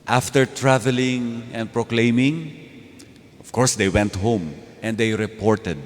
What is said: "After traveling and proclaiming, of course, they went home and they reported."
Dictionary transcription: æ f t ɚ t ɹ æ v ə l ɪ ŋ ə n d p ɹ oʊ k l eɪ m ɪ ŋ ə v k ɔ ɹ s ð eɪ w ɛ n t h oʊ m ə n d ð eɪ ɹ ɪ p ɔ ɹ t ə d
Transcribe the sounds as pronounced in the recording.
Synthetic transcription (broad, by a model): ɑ f t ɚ t ɹ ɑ v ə l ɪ ŋ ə n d p ɹ oʊ k l eɪ m ɪ ŋ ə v k ɔ ɹ s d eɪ w ɛ n t h oʊ m ə n d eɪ ɹ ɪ p ɔ ɹ t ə d